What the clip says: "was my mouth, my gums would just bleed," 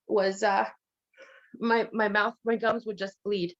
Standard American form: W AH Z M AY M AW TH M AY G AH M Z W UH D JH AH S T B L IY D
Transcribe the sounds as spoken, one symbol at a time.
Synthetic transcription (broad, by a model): W AH Z M AY M AW TH M AY G AH M Z W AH D JH AH S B L IY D